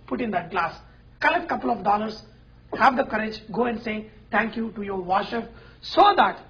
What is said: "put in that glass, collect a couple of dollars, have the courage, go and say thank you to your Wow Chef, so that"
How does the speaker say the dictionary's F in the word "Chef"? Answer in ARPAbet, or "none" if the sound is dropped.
P